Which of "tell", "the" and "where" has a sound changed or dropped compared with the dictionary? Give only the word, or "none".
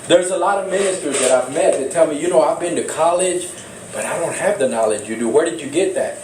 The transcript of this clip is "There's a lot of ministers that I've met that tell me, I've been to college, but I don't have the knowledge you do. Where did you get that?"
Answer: none